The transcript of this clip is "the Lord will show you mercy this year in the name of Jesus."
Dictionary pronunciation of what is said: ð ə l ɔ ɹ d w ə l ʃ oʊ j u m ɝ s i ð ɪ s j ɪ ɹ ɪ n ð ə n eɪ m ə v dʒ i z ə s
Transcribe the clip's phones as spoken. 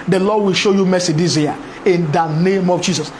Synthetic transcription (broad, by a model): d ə l ɔ d w ə l ʃ oʊ j u m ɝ s i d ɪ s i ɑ ɪ n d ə n eɪ m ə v dʒ i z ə s